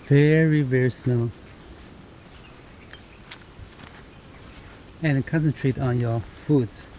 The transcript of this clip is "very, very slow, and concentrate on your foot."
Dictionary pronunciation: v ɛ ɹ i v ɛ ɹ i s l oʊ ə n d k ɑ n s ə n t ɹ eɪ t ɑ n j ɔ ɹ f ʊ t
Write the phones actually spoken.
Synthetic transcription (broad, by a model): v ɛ ɹ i v ɛ ɹ i s n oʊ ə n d k ɑ n s ə n t ɹ eɪ t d n j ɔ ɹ f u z